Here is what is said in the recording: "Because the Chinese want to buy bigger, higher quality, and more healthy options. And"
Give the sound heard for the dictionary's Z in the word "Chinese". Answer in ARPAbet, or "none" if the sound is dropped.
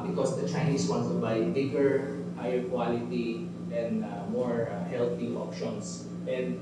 S